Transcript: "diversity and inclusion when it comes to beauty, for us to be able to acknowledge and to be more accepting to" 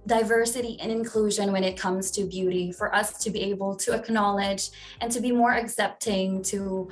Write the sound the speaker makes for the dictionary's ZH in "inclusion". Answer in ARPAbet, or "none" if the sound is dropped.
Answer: ZH